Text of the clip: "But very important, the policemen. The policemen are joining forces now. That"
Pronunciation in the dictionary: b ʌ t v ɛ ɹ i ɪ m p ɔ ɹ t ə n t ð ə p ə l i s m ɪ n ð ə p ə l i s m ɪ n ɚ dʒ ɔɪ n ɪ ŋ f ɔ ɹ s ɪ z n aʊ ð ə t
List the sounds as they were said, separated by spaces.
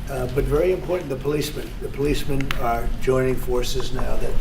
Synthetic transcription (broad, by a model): b ʌ t v ɛ ɹ i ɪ m p ɔ ɹ t n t ð ə p ə l i s m ɪ n ð ə p ə l i s m ɪ n ɚ dʒ ɔɪ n ɪ ŋ f ɔ ɹ s ɪ z n aʊ ð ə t